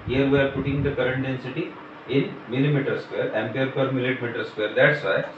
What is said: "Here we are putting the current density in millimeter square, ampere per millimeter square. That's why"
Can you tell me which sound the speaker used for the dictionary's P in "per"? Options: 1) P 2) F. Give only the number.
2